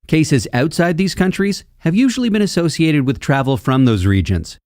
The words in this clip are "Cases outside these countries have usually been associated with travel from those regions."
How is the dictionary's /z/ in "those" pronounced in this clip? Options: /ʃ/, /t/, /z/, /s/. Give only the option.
/z/